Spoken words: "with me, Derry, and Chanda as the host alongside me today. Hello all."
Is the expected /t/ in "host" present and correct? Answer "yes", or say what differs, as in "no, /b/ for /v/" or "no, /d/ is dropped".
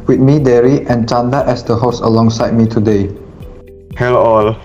no, /t/ is dropped